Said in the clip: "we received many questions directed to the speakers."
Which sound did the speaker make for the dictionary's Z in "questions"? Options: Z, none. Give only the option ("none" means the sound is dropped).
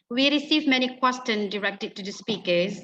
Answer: none